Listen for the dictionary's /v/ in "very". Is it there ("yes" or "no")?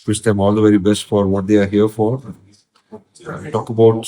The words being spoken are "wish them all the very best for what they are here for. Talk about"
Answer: yes